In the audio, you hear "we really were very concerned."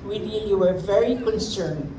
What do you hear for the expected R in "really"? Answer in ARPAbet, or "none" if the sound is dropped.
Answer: L